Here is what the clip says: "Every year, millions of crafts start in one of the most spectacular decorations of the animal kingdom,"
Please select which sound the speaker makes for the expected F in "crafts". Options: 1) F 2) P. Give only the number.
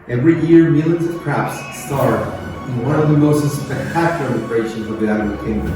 2